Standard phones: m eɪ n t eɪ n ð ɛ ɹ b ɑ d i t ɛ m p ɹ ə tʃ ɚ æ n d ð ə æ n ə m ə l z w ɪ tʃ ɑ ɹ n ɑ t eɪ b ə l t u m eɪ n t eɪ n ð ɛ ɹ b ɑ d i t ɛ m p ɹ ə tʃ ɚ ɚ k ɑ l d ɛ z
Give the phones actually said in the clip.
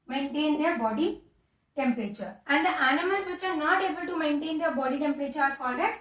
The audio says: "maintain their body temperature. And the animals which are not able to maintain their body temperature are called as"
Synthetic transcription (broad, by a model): m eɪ n t eɪ n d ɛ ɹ b ɑ d i t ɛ m p ɹ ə tʃ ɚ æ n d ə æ n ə m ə l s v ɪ tʃ ɑ ɹ n ɑ t eɪ b ə l t u m eɪ n t eɪ n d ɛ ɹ b ɑ d i t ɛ m p ɹ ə tʃ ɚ ɚ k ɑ d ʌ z